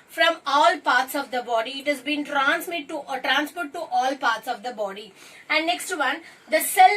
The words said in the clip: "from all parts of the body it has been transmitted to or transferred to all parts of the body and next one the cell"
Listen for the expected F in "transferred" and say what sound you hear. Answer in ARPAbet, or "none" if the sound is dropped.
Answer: P